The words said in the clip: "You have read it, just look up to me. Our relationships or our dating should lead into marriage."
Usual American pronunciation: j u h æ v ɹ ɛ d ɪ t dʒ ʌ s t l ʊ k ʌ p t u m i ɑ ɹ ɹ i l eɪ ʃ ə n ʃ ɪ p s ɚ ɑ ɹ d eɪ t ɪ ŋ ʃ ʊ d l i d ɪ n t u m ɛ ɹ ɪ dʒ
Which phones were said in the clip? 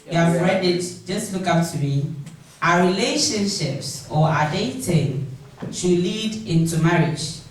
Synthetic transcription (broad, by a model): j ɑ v ɹ ɛ d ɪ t dʒ ʌ s t l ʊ k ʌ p t u m i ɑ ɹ ɹ i l eɪ ʃ ə n ʃ ɪ p s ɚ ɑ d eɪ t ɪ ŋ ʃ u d l i d ɪ n t u m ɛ ɹ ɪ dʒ